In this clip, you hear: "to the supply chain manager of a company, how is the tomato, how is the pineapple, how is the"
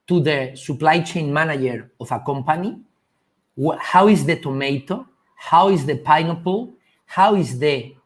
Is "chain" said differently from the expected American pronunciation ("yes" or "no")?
no